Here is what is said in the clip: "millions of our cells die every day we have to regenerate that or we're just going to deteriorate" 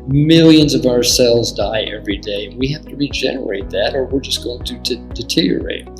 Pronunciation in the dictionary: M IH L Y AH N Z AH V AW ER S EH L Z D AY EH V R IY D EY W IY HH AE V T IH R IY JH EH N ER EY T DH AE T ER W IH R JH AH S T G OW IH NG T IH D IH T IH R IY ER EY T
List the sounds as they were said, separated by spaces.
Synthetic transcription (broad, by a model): M IH L Y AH N Z AH V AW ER S EH L Z D AY EH V R IY D EY W IY HH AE F T IH R IY JH EH N ER EY T DH AE T ER W IH R JH AH S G OW IH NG T IH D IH T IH R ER EY T